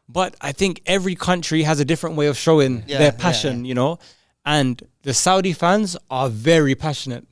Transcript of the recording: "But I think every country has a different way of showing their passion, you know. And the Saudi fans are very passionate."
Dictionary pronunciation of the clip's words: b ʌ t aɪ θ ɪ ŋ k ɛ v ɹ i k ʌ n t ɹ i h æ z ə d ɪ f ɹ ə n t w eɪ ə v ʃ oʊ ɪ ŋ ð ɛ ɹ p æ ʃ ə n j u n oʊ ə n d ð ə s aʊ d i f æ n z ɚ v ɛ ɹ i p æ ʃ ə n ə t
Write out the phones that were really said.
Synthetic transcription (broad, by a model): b ʌ t aɪ θ ɪ ŋ k ɛ v ɹ i k ʌ n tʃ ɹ i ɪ z ə d ɪ f ɹ ə n t w eɪ ə v ʃ oʊ ɪ ŋ ð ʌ ɹ p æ ʃ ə n j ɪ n oʊ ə n ð ə s aʊ d i f æ n z ɚ v ɛ ɹ i p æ ʃ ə n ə t